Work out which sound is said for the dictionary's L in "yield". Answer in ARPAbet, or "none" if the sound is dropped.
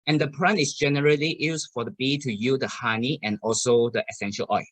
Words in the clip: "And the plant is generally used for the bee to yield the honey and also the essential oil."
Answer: none